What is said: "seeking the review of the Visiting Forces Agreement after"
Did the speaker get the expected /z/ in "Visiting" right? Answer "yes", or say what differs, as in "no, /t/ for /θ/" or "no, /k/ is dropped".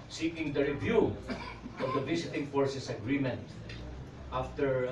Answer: no, /s/ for /z/